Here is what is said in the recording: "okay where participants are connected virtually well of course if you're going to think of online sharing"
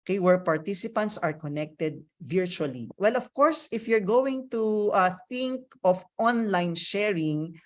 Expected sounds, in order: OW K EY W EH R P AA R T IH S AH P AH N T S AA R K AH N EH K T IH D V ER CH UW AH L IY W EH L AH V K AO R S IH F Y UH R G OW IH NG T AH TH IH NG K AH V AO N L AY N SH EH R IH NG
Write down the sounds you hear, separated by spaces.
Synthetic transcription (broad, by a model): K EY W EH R P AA R T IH S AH P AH N T S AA R K AH N EH K T IH D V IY CH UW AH L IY W EH L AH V K AO R S IH F Y UH R G OW IH NG T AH TH IH NG K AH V AO N L AY N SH EH R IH NG